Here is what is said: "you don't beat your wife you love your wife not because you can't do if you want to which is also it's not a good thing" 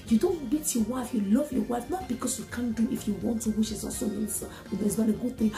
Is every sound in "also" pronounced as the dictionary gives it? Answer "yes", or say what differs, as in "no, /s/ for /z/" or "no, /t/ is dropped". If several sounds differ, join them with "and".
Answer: no, /l/ is dropped